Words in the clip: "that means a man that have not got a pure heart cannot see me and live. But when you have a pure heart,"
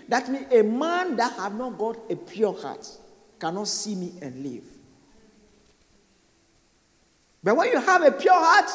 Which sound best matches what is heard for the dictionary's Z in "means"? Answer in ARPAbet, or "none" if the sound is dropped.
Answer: none